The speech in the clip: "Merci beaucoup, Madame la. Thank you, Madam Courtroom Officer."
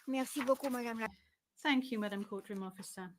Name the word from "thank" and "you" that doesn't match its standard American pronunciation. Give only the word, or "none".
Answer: none